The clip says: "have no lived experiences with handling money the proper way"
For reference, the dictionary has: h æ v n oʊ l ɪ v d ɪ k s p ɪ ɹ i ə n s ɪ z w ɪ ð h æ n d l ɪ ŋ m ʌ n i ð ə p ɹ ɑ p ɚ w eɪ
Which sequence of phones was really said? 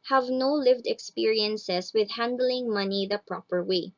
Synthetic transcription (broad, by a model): h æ v n oʊ l ɪ v d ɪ k s p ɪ ɹ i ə n s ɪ s w ɪ ð h æ n d l ɪ ŋ m ʌ n i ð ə p ɹ ɑ p ɚ w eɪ